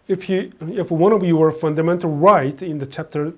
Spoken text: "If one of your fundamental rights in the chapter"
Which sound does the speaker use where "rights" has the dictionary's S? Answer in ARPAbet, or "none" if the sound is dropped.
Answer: none